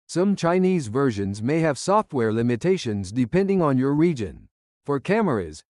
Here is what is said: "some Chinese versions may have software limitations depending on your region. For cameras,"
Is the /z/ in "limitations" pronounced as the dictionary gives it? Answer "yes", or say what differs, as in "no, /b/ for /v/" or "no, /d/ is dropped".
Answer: yes